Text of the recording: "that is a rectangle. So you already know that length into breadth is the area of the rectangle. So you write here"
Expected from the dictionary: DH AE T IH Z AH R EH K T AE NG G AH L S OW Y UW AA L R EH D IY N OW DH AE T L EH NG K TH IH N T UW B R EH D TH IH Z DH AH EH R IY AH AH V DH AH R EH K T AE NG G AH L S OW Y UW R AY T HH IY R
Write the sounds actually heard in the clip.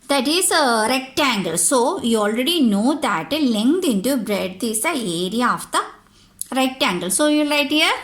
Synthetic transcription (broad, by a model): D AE T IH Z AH R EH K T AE NG G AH L S OW Y UW AA L R EH D IY N OW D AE T L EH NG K T IH N T UW B R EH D T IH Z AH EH R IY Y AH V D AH R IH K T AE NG G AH L S OW Y UW L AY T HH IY R